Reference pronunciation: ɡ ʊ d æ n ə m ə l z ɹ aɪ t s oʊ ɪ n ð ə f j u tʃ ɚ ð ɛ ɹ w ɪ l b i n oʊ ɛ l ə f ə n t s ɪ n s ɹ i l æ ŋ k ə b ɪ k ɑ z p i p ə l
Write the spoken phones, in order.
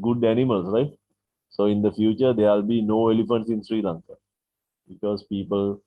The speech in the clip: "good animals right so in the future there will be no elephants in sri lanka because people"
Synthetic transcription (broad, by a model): ɡ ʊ d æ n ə m ə l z ɹ aɪ t s oʊ ɪ n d ə f j u tʃ ɚ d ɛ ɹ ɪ l b i n oʊ ɛ l ə f ə n t s ɪ n s ɹ i l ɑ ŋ k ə b ɪ k ɑ z p i p ə l